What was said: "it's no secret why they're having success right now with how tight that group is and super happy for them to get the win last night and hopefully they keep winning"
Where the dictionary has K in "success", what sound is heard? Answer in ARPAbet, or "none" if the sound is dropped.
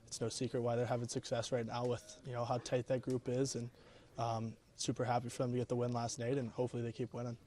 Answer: K